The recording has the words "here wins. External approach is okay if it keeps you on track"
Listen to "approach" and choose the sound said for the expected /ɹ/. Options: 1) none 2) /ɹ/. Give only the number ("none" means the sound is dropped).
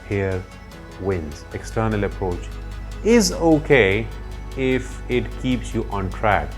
2